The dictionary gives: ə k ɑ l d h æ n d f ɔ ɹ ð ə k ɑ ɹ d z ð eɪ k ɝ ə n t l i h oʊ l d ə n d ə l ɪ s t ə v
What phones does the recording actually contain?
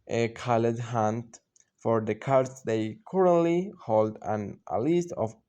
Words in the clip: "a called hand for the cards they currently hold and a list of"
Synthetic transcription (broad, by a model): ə k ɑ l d h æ n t f ɔ ɹ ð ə k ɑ ɹ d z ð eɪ k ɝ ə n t l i h oʊ l d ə n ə l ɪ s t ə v